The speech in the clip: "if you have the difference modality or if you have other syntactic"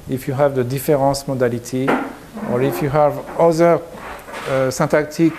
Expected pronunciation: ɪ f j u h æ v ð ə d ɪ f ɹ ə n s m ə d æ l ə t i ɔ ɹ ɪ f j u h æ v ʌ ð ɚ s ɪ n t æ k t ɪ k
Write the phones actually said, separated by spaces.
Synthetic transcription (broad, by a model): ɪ f j u h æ v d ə d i f ɹ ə s m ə d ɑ l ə t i ɔ ɹ ɪ f j u h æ v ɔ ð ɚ s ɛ t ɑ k t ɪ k